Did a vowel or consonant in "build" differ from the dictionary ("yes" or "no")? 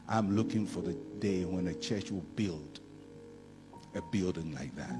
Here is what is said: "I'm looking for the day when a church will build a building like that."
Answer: no